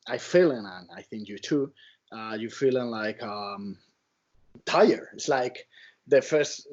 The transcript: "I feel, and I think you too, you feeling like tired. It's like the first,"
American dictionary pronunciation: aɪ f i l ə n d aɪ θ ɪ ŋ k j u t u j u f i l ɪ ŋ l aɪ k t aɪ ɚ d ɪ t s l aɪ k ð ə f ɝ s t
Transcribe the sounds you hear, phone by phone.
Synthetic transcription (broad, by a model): aɪ f i l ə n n aɪ θ ɪ ŋ k j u t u j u f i l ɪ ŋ l aɪ k t aɪ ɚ ɪ t s l aɪ k ð ə f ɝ s t